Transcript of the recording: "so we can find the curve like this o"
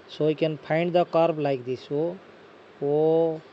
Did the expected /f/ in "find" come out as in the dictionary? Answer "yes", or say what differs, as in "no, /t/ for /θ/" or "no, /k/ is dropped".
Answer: no, /p/ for /f/